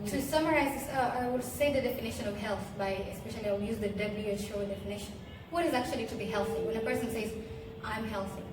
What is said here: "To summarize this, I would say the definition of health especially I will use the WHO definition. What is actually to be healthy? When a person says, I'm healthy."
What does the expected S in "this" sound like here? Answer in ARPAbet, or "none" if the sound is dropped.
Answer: none